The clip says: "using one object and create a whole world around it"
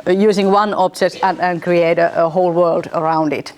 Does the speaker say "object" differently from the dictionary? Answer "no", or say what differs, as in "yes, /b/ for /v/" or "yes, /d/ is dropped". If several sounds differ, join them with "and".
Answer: yes, /k/ is dropped